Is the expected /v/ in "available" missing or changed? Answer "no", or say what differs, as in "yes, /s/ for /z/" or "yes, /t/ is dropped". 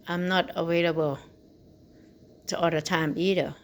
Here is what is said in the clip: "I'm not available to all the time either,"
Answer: yes, /w/ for /v/